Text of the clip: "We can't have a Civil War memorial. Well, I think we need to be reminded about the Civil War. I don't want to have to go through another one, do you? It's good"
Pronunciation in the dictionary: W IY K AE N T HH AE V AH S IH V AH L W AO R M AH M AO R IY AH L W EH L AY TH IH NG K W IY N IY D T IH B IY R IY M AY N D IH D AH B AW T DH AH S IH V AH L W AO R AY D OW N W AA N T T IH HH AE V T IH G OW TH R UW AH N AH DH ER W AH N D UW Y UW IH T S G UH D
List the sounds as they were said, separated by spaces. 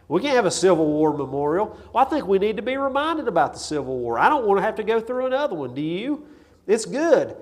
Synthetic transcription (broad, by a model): W IY K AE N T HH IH V AH S IH V L W AO R M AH M AO R IY L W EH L AY TH IH NG K W IY N IY D T IH B IY R IY M AY N D IH D AH B AW T DH AH S IH V L W AO R AY D OW N W AA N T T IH HH AE F T IH G OW TH R UW AH N AH DH ER W AH N D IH Y UW IH T S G UH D